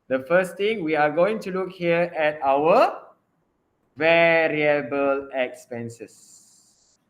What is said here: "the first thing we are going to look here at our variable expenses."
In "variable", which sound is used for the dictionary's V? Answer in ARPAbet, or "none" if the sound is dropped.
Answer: V